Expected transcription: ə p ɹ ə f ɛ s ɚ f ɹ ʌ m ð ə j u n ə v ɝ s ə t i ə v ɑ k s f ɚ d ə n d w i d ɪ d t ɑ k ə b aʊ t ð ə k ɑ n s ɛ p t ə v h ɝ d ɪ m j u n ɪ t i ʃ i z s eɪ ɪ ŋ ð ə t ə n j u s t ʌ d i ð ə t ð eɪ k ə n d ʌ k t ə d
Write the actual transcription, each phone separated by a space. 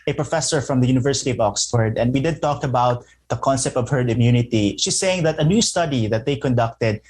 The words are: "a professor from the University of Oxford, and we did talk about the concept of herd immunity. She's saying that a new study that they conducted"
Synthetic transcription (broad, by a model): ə p ɹ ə f ɛ s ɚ f ɹ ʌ m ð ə j u n ə v ɝ s ə t i ə v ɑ k s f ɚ d ə n d w i d ɪ d t ɑ k ə b aʊ t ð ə k ɑ n s ɛ p t ə v h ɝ ɪ m j u n ɪ t i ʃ i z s eɪ ɪ ŋ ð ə t ə n j u s t ʌ d i ð ə t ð eɪ k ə n d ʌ k t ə d